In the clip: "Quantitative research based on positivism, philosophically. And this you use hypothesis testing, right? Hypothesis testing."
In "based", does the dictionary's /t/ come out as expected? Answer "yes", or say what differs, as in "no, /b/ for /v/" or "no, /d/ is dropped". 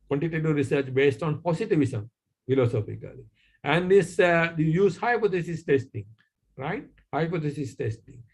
yes